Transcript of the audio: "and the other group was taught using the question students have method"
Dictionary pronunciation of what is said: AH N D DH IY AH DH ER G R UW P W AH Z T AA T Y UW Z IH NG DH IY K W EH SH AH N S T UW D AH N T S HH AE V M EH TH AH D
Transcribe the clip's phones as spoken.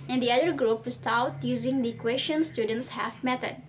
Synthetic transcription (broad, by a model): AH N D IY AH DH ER G R UW P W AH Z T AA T Y UW Z IH NG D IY K W EH SH AH N S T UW D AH N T S HH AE F M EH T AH D